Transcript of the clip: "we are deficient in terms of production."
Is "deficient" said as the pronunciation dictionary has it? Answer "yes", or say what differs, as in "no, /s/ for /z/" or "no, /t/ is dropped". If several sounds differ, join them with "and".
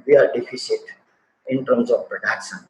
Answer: no, /s/ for /ʃ/ and /n/ is dropped